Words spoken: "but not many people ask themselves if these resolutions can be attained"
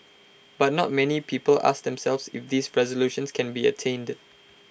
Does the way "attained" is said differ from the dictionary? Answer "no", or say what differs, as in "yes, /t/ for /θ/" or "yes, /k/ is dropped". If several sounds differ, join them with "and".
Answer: no